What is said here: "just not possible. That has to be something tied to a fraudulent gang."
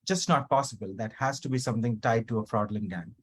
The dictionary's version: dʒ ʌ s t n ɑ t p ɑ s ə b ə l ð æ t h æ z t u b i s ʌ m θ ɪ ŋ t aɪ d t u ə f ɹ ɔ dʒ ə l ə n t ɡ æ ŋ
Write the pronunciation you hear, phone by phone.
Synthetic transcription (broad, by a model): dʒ ʌ s t n ɑ t p ɑ s ə b ə l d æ t h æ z t u b i s ʌ m t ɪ ŋ t aɪ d t u ə f ɹ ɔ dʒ l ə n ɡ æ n